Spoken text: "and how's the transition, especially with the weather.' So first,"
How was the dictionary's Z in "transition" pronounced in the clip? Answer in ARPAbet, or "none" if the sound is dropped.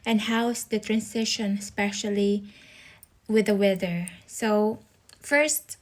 S